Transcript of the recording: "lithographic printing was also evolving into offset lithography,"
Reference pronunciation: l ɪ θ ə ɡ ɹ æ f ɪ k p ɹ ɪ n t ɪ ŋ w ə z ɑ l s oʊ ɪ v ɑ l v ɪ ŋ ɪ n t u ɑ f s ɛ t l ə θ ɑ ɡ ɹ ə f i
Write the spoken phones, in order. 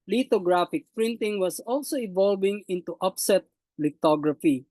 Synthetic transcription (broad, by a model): l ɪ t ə ɡ ɹ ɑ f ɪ k p ɹ ɪ n t ɪ ŋ w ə s ɑ l s oʊ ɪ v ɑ l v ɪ ŋ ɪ n t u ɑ p s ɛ t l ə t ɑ ɡ ɹ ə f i